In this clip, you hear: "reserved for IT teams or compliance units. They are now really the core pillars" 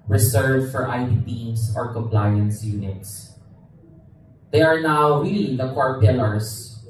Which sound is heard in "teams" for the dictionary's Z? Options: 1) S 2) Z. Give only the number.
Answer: 1